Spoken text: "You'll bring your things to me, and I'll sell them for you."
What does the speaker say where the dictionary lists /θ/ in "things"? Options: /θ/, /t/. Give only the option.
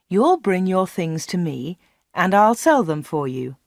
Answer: /θ/